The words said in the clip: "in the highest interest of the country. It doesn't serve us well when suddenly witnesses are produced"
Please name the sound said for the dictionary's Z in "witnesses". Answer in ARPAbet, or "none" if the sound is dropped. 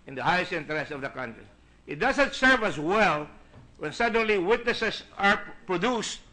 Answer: S